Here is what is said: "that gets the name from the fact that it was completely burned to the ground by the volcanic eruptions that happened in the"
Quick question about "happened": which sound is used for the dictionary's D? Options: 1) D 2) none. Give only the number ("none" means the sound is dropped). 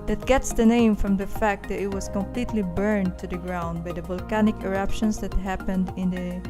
1